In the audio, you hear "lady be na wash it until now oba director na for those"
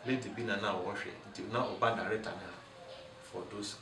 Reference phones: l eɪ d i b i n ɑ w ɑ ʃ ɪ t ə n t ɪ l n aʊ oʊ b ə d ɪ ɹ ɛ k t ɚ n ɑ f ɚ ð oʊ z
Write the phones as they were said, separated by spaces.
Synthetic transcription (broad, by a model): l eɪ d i b i n ɑ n ɑ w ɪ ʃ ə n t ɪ n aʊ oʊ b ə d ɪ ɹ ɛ t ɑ n ɑ f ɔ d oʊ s